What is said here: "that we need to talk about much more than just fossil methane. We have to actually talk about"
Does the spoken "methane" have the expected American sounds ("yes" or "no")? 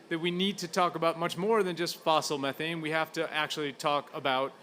yes